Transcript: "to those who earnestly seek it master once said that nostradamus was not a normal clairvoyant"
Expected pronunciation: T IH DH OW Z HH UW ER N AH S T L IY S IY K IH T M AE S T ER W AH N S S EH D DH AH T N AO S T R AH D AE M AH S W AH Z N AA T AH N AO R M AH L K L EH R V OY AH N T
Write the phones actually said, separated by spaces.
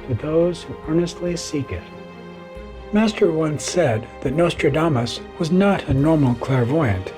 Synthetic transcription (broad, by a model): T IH DH OW Z HH UW ER N AH S T L IY S IY K IH T M AE S T ER W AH N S S EH D DH AH T N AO S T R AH D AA M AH S W AH Z N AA T AH N AO R M L K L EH R V OY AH N T